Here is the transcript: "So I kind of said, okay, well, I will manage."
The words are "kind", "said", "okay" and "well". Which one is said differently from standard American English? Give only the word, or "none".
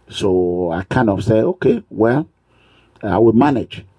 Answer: said